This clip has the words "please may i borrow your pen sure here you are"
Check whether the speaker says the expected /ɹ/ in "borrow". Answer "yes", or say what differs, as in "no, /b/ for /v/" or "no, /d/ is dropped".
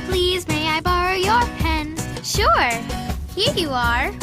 yes